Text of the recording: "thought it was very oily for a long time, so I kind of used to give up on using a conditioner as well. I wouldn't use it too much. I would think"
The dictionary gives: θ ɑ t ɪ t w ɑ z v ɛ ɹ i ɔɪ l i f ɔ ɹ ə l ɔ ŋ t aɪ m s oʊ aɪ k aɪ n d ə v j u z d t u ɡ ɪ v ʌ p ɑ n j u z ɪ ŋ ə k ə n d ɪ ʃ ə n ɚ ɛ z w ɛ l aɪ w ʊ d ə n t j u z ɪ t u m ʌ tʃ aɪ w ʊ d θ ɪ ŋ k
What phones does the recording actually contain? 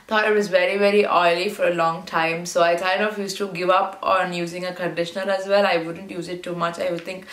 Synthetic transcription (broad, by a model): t ɑ t ɪ t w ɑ z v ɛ ɹ i ɔɪ l i f ɔ ɹ ə l ɔ ŋ t aɪ m s oʊ aɪ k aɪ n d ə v j u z t u ɡ ɪ v ʌ p ɑ n j u z ɪ ŋ ə k ə n d ɪ ʃ ə n ɚ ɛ z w ɛ l aɪ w ʊ d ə n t j u z ɪ t u m ʌ tʃ aɪ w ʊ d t ɪ ŋ k